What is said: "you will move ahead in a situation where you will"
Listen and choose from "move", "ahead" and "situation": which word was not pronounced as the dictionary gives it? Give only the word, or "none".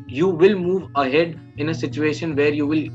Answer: none